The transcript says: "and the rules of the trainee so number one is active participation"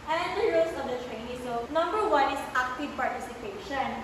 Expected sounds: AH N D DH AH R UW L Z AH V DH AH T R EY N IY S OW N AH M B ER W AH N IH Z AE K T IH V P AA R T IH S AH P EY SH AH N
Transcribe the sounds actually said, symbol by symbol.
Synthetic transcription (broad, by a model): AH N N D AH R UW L S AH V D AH T R EY N IY S OW N AH M B ER W AH N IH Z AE K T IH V P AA R T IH S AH P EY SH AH N